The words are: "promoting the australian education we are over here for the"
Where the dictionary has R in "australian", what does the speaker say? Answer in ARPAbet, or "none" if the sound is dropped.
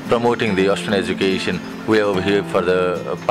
none